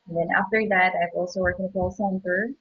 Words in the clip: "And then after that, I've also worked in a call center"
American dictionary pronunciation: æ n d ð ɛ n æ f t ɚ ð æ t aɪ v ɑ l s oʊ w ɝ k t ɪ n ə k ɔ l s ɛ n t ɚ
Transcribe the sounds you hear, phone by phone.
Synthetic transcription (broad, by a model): n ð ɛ n æ f t ɚ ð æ t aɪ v ɑ l s oʊ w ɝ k ɪ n ə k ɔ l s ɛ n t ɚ